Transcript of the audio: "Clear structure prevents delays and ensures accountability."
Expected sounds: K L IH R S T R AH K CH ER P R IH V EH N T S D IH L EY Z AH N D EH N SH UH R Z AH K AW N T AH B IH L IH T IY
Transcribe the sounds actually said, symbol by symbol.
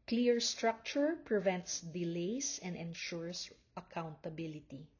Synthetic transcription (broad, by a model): K L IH R S T R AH K CH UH P R IH V EH N T S D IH L EY S AH N D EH N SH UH R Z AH K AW N T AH B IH L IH T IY